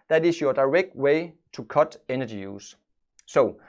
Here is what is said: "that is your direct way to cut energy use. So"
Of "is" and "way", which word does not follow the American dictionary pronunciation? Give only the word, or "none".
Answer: is